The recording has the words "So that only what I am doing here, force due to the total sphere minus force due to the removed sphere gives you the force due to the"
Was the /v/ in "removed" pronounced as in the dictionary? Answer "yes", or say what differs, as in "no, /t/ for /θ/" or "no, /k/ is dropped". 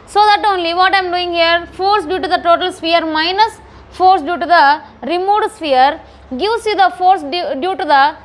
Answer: no, /v/ is dropped